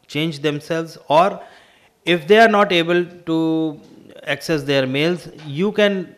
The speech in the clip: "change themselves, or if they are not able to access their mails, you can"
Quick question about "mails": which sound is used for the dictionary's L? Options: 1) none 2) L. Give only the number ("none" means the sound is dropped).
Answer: 2